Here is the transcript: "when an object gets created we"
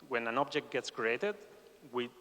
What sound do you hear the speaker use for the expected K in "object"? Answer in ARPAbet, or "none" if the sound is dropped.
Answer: K